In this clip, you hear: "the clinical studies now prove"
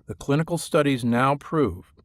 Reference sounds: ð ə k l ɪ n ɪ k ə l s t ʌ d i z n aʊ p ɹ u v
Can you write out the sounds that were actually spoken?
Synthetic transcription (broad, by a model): ð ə k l ɪ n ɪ k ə l s t ʌ d i z n aʊ p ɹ u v